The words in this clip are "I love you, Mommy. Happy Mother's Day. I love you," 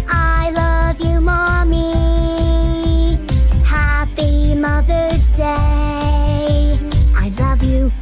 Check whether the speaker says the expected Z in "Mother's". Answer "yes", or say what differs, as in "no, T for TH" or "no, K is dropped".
no, Z is dropped